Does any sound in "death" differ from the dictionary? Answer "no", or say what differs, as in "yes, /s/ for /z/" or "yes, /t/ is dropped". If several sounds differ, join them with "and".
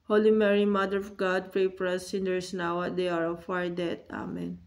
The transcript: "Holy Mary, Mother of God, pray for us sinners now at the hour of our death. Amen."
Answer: yes, /t/ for /θ/